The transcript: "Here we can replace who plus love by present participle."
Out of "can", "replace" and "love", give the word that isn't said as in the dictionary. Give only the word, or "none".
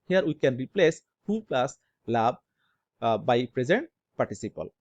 love